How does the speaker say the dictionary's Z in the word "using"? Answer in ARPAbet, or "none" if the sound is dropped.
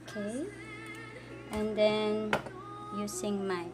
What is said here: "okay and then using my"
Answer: S